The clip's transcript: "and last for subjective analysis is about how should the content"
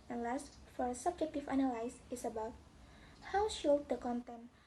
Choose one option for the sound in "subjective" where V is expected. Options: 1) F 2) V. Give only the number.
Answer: 1